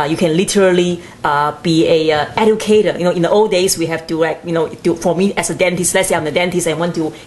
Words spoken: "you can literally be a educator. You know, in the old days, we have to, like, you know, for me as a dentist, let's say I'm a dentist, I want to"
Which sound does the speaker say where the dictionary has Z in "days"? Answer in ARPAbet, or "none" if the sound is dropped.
S